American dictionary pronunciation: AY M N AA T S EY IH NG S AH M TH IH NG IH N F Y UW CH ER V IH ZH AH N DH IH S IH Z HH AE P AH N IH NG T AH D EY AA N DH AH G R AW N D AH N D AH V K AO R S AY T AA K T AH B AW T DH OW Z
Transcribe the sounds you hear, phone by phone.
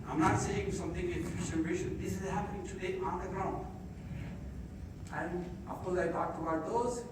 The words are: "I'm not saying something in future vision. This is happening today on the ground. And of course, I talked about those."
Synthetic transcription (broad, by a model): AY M N AA T S EY IH NG S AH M T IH NG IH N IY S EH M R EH SH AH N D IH S IH Z HH AE P AH N IH NG T AH D EY AA N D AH G R AW N D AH N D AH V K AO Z AY T AA K T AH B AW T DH OW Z